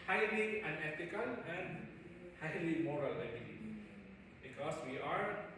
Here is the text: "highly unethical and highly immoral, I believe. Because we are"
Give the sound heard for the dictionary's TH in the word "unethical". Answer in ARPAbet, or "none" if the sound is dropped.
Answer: T